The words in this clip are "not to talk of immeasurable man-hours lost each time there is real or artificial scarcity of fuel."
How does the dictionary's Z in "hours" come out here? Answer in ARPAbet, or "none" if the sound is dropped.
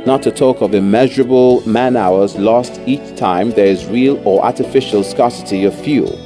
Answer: Z